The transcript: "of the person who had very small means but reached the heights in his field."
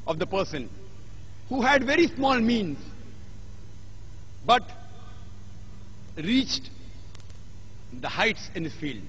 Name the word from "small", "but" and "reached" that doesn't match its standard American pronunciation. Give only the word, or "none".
none